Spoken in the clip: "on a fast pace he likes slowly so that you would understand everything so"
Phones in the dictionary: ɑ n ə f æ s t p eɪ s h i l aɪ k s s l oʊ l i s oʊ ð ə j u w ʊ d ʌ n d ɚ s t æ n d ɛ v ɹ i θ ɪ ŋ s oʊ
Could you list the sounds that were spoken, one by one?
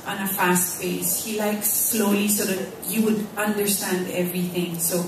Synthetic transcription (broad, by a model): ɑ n ə f æ s t f eɪ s h i l aɪ k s s l oʊ l i s oʊ ð ə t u w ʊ d ʌ n d ɚ s t æ n d ɛ v ɹ i θ ɪ ŋ s oʊ